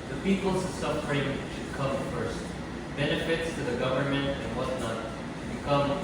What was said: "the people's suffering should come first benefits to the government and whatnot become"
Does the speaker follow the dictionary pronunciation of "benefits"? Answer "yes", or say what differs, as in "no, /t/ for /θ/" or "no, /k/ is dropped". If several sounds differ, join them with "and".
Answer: yes